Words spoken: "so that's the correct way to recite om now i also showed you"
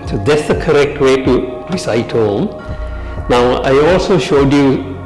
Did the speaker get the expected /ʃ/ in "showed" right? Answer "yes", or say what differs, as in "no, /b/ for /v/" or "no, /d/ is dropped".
yes